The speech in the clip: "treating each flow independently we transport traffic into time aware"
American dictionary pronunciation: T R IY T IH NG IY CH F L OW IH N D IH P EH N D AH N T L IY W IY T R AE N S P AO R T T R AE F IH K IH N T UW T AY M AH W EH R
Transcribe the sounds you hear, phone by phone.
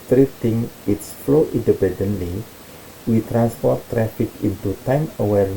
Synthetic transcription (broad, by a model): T R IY T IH NG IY S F L OW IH N D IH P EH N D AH N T L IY W IY T R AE N S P AO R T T R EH F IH K IH N T UW T AY M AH W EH R